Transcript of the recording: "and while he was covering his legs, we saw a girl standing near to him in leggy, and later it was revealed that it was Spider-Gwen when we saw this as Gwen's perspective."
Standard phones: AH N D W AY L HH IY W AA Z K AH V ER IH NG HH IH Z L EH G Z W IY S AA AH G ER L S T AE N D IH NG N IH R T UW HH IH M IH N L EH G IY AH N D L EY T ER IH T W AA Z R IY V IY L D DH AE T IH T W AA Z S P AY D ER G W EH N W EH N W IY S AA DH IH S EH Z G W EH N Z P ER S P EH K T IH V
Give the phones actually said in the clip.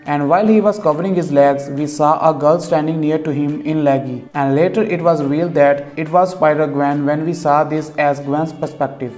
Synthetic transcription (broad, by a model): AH N D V AY L HH IY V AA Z K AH V ER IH NG HH IH Z L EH G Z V IY S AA AH G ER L S T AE N D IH NG N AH R T UW HH IH M IH N L EH G IY AH N D L EY T ER IH T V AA Z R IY AH L D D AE T IH T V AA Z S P AY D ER G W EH N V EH N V IY S AA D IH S EH Z G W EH N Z P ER S P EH K T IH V